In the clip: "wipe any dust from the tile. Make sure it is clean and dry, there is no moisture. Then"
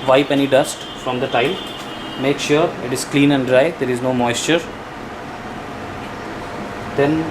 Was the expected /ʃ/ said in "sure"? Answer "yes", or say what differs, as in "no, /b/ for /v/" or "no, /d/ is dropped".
yes